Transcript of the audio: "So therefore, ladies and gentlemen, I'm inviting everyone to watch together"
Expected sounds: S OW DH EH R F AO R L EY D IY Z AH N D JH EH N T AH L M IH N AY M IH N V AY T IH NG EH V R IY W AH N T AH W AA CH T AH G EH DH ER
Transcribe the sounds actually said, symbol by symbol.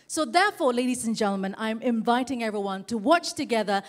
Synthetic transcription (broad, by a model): S OW DH EH R F AO R L EY D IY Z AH N JH EH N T L M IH N AY M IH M V AY T IH NG EH V R IY W AH N T AH W AA CH T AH G EH DH ER